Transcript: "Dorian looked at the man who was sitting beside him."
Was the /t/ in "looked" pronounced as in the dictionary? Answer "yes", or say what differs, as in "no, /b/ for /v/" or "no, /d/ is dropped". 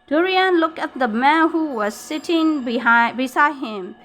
no, /t/ is dropped